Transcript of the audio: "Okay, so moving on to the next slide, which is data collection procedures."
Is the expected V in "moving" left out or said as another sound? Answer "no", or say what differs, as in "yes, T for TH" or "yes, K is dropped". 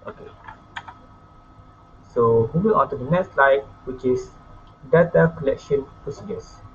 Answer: yes, W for V